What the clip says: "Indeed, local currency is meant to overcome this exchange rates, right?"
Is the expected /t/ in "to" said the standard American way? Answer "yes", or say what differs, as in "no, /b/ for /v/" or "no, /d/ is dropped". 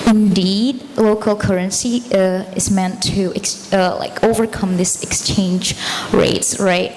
no, /s/ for /t/